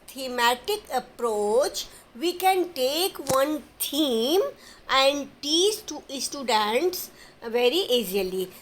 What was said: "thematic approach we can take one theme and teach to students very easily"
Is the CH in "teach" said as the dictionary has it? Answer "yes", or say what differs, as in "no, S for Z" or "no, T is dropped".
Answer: no, S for CH